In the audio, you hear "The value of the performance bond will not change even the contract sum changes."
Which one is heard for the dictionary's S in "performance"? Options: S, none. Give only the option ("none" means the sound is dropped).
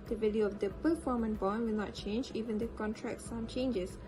none